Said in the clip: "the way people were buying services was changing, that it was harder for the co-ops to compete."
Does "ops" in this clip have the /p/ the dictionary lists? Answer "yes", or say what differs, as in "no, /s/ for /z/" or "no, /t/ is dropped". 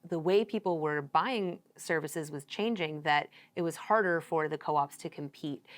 yes